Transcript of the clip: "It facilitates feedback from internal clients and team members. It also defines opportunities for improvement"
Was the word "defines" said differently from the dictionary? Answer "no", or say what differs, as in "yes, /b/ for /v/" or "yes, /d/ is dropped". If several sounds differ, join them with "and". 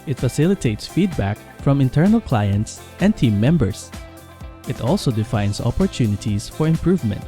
yes, /s/ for /z/